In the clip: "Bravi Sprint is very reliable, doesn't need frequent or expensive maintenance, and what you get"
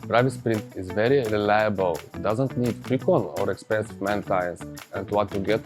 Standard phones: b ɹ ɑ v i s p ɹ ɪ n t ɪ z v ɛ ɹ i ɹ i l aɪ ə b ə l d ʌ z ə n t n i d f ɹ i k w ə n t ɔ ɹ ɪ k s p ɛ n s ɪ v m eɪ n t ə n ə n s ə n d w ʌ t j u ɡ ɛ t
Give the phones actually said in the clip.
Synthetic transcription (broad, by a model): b ɹ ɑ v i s p ɹ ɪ n t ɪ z v ɛ ɹ i ɹ i l aɪ ə b ə l d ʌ z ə n t n i d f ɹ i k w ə n ɔ ɹ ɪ k s p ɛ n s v m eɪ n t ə ə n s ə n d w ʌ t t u ɡ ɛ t